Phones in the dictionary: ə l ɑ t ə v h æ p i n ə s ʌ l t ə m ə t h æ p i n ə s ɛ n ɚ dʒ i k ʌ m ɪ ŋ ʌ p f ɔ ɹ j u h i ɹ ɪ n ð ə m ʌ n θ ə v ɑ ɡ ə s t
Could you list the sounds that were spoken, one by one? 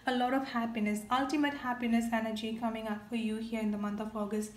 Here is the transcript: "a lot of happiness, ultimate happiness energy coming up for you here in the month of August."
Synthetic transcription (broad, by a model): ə l ɑ t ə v h æ p i n ə s ʌ l t ə m ə t h æ p i n ə s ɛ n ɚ dʒ i k ʌ m ɪ ŋ ʌ p f ɔ ɹ j u h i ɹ ɪ n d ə m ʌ n t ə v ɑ ɡ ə s t